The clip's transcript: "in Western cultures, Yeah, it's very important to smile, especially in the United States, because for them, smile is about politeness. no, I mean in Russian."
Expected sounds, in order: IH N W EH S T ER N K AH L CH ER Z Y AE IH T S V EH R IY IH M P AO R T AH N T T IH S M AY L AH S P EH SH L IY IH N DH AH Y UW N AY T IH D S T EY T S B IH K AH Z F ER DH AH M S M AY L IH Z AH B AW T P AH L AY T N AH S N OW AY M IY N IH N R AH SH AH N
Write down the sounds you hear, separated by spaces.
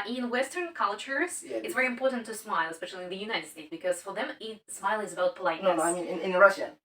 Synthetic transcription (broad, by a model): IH N W EH S T ER N K AH L CH ER Z IH T S V EH R IY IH M P AO R T N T T IH S M AY L AH S P EH SH L IY IH N DH AH Y UW N AY T IH D S T EY T S B IH K AH Z F ER DH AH M S M AY L IH Z AH B AW T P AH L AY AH N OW AY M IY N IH N R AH SH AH